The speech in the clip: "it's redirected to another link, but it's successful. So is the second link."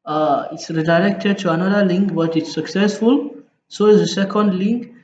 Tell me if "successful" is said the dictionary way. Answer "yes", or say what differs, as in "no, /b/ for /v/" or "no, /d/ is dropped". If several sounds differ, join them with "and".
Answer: yes